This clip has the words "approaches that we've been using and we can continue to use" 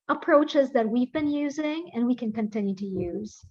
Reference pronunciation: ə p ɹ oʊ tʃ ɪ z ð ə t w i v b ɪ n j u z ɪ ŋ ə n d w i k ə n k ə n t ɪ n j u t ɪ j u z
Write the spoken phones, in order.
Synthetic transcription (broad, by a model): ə p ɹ oʊ tʃ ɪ z ð ə t w i v b ɪ n j u z ɪ ŋ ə n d w i k ə n k ə n t ɪ n j u t ɪ j u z